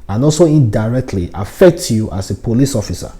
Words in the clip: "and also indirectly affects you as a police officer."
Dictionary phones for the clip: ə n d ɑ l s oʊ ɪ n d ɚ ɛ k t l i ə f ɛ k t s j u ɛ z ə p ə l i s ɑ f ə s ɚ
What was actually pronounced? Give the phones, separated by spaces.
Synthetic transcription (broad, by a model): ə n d ɑ l s oʊ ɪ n d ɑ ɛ k t l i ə f ɛ k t j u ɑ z ə p ə l i s ɑ f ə s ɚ